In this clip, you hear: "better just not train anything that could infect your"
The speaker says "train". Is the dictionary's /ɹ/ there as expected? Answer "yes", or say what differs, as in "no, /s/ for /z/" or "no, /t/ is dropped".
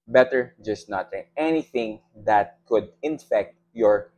no, /ɹ/ is dropped